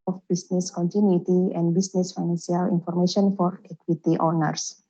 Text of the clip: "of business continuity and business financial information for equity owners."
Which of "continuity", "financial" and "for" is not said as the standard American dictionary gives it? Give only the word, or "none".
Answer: financial